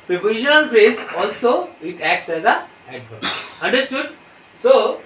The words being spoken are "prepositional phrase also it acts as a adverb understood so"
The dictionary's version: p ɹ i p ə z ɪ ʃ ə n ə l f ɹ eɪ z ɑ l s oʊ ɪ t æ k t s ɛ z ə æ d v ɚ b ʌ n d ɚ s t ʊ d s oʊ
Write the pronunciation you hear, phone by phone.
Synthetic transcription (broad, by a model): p ɹ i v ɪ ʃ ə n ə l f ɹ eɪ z ɑ l s oʊ ɪ t æ k t s ɛ z ə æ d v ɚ ʌ n d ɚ s t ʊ d s oʊ